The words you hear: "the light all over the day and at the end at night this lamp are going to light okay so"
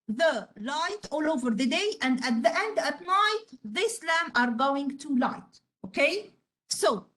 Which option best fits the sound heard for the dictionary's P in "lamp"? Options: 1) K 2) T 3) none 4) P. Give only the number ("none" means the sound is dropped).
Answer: 3